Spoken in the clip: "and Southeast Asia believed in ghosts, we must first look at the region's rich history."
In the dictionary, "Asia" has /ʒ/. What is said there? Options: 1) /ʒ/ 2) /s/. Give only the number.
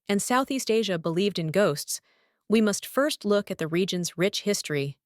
1